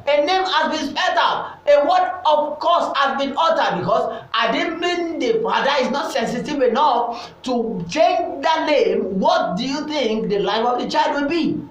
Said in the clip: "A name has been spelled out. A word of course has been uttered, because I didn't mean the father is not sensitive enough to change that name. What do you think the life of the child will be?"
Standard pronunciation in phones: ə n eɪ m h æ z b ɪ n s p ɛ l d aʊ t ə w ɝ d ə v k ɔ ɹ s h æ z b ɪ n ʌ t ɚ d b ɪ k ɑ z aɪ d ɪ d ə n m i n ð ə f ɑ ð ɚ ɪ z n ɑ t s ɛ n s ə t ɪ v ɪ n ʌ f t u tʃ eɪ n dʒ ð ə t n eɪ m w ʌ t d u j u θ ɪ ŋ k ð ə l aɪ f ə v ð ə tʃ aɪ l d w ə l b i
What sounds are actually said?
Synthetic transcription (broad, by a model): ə n eɪ m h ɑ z b ɪ n s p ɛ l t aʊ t ə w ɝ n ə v k ɔ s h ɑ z b ɪ n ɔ t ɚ d b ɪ k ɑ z aɪ d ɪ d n m i n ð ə f ɑ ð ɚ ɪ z n ɑ t s ɛ n s ə t ɪ v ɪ n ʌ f t u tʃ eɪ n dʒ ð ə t n eɪ m w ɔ t d u j u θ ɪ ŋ k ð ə l aɪ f ə v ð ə tʃ aɪ l d w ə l b i